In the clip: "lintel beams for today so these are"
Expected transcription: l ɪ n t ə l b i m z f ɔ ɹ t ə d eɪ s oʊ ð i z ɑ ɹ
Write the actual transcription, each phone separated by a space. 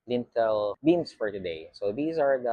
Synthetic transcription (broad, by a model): l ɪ n t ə l b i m s f ɔ ɹ t ə d eɪ s oʊ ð i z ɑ ɹ